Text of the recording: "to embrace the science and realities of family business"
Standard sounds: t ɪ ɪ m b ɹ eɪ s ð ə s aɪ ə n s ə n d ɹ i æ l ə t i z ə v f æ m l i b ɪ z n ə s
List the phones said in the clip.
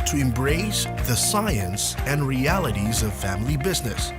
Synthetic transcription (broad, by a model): t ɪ ɪ m b ɹ eɪ s ð ə s aɪ ə n s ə n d ɹ i æ l ə t i z ə v f æ m l i b ɪ z n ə s